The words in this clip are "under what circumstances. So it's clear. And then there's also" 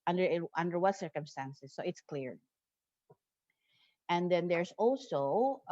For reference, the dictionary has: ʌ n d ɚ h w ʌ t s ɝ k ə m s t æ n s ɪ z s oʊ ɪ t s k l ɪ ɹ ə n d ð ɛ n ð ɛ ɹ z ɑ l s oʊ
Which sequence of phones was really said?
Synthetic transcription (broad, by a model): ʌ n d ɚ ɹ w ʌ t s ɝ k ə m s t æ n s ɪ s oʊ ɪ t s k l ɪ ɹ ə n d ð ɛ n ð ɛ ɹ s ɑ l s oʊ